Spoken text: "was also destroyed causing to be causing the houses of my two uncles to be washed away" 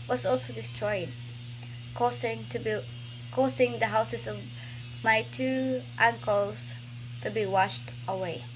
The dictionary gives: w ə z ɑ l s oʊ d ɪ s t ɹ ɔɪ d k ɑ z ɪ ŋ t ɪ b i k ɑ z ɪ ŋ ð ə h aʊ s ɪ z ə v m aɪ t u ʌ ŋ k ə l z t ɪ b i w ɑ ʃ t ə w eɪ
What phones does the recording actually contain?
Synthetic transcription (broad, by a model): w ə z ɑ l s oʊ d ɪ s t ɹ ɔɪ d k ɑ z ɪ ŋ t ɪ b i k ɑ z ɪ ŋ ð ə h aʊ s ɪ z ə v m aɪ t u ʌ ŋ k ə l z t ɪ b i w ɑ ʃ t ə w eɪ